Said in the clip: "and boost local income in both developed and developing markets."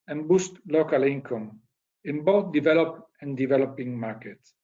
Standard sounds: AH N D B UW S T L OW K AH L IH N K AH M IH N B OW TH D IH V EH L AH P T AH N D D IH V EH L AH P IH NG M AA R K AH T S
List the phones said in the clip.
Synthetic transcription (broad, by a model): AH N B UW S T L OW K AH L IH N K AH M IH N B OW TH D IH V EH L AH P AH N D D IH V EH L AH P IH NG M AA R K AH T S